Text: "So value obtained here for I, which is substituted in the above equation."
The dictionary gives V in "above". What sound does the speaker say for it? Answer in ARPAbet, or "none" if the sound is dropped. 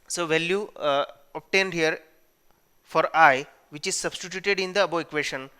none